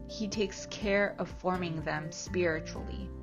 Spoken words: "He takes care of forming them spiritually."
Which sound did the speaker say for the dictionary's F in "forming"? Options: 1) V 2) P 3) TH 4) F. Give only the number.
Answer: 4